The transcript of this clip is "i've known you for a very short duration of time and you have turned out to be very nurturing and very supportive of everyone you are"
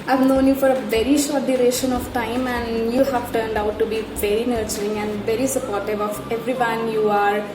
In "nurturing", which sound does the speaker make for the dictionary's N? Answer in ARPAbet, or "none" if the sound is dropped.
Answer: N